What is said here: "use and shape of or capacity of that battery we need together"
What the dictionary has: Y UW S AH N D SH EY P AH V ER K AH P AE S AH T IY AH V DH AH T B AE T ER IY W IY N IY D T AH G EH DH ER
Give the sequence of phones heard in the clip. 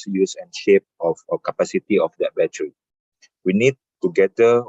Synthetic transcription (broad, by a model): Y UW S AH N SH EY P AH F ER K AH P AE S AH T IY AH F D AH T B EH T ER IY W IY N IY D T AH G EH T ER